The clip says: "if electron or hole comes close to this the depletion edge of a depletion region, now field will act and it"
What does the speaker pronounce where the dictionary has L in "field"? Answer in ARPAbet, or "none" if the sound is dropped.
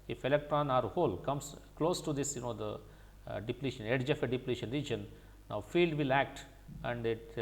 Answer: L